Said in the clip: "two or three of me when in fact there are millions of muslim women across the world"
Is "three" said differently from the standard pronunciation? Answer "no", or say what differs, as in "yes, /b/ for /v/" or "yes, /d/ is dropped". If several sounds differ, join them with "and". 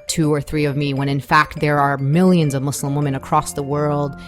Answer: no